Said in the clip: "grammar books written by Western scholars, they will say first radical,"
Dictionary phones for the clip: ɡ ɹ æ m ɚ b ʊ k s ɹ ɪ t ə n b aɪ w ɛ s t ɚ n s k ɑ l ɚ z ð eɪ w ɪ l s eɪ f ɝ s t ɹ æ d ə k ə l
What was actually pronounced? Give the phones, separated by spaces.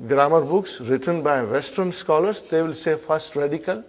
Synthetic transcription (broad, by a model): ɡ ɹ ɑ m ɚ b ʊ k s ɹ ɪ t ə n b aɪ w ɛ s t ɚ n s k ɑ l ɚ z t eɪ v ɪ l s eɪ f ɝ s t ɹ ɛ d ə k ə l